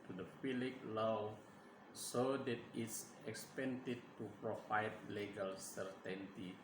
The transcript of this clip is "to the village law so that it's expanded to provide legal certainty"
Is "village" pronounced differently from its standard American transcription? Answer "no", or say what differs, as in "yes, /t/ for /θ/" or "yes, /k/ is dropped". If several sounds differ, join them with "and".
yes, /f/ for /v/